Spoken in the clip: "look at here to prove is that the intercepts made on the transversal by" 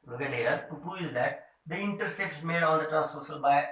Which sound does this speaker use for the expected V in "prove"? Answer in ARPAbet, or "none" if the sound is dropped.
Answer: none